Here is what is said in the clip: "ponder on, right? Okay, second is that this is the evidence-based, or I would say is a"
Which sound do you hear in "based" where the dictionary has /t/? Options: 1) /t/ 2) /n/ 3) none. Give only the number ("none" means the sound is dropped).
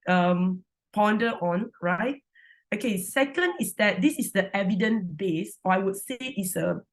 3